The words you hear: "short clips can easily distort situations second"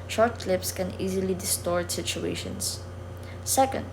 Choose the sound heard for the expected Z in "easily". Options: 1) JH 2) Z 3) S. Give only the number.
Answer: 2